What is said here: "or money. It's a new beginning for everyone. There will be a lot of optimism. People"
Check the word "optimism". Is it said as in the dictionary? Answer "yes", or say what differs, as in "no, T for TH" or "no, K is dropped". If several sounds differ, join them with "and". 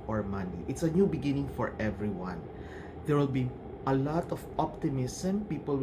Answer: no, S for Z